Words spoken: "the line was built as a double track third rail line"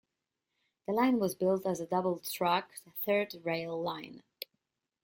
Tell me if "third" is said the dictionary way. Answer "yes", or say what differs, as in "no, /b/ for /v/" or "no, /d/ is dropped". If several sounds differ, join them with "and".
yes